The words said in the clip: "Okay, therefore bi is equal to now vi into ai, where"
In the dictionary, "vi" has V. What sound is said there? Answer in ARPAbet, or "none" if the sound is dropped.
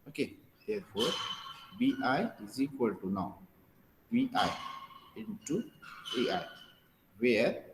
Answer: B